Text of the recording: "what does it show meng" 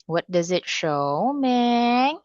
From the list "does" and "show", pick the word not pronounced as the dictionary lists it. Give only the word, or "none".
none